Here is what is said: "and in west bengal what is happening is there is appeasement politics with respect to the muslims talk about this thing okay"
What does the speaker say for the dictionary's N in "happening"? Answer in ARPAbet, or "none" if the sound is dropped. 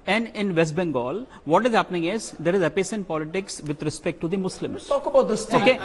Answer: N